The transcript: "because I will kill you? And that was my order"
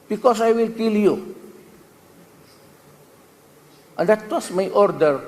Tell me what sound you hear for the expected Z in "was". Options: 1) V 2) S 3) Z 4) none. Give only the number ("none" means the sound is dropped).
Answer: 2